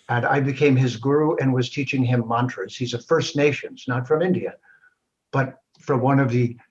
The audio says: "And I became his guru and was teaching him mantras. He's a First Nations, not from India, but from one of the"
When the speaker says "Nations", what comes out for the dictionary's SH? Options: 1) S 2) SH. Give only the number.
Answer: 2